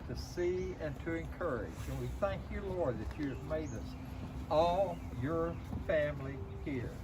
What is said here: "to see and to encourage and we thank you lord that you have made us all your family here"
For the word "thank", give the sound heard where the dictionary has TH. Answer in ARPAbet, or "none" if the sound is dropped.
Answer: TH